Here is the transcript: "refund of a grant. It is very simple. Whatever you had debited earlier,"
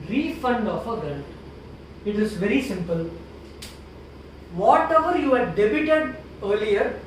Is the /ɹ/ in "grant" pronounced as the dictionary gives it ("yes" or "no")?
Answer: no